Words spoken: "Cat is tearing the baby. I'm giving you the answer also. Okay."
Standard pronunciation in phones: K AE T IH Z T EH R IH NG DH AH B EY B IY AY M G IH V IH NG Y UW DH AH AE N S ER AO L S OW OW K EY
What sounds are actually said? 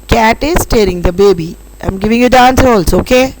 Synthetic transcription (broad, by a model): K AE T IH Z T EH R IH NG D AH B EY B IY AY M G IH V IH NG Y UW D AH N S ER AO L S OW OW K EY